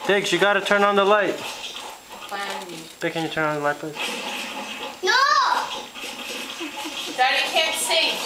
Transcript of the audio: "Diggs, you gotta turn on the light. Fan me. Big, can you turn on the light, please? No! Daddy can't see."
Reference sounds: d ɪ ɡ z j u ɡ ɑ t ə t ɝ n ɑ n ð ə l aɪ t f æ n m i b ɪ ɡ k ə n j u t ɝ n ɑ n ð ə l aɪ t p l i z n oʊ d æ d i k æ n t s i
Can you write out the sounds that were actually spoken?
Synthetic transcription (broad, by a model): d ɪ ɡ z j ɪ ɡ ɑ t ə t ɝ n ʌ n ð ə l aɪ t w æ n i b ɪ k ə n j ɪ t ɝ n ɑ n ð ə l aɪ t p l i n oʊ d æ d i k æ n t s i